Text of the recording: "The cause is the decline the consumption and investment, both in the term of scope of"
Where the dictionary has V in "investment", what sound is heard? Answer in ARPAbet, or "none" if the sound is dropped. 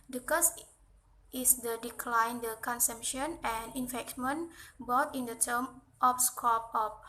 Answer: F